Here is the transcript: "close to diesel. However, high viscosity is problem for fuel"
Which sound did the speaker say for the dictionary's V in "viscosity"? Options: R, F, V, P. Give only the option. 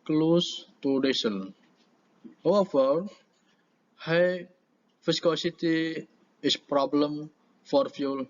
F